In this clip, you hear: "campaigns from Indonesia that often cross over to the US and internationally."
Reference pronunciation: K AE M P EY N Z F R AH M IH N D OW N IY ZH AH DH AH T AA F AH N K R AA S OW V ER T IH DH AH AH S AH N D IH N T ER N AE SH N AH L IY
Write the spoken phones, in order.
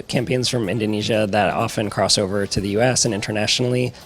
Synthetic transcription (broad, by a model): K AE M P EY N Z F R AH M IH N D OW N IY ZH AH DH AH T AA F AH N K R AA S OW V ER T IH DH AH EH S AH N IH N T ER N AE SH N L IY